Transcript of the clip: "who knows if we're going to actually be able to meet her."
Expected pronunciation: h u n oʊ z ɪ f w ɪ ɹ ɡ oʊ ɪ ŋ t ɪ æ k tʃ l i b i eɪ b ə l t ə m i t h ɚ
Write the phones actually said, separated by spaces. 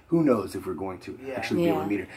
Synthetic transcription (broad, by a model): h u n oʊ z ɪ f w ɪ ɹ ɡ oʊ ɪ ŋ t ɪ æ k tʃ i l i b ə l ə m i t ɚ